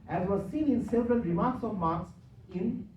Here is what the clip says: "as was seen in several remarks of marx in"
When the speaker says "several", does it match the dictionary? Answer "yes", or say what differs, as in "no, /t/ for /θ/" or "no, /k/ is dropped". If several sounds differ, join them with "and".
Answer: no, /n/ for /l/